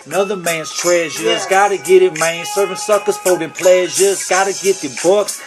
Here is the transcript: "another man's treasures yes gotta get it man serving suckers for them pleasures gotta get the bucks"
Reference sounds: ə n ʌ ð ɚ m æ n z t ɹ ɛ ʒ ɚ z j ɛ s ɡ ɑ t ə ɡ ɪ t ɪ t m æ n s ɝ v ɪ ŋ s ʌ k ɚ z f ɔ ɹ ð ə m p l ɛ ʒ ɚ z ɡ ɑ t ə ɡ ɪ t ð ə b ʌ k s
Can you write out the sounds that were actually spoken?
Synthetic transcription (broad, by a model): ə n ʌ ð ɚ m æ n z t ɹ ɛ ʒ ɚ z ɡ ɑ t ə ɡ ɪ t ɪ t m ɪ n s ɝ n s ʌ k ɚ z p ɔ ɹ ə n p l ɛ ʒ ɚ z ɡ ɑ t ə ɡ ɪ t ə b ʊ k s